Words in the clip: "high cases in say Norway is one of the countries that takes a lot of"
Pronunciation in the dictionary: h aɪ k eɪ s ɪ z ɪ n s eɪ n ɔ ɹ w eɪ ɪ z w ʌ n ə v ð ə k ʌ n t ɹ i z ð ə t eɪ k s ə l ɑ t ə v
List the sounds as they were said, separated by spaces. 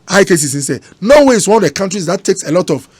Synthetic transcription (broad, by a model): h aɪ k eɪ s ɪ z ɪ n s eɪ n ɔ w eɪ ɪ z w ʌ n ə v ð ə k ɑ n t ɹ i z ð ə t eɪ k s ə l ɑ t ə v